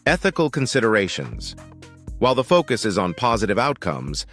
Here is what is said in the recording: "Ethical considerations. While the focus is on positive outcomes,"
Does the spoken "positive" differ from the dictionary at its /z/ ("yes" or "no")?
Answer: no